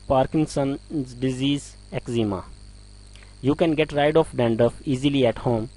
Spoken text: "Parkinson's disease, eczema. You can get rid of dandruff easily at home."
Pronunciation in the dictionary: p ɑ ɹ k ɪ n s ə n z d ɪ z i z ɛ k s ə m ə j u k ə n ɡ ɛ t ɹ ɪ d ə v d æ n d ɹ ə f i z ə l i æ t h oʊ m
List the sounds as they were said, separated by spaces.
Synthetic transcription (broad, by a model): p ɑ ɹ k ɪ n s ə n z d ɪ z i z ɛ k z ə m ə j u k ə n ɡ ɛ t ɹ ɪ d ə f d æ n d ə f i z ə l i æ t h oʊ m